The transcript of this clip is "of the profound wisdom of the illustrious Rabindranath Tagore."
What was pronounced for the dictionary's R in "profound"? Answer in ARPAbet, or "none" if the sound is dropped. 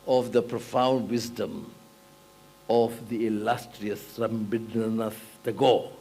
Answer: R